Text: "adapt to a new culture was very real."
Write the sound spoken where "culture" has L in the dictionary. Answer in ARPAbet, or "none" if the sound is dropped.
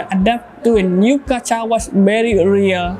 none